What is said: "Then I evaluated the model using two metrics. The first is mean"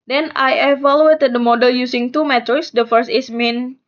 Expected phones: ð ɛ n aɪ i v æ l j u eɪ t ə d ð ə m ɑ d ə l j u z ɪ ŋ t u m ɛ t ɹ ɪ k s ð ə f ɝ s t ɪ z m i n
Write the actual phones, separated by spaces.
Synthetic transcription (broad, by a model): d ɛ n aɪ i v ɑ l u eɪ t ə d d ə m ɑ d ə l j u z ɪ ŋ t u m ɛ t ɪ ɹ s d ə f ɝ s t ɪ s m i n